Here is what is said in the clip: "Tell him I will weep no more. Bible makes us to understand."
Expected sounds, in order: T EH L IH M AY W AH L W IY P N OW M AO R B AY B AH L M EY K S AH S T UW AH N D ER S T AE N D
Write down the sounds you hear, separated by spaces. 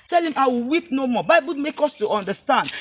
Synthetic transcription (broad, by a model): T EH L IH M AY W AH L W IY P N OW M AO B AY B AH L M EY K AO S T UW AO N D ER S T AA N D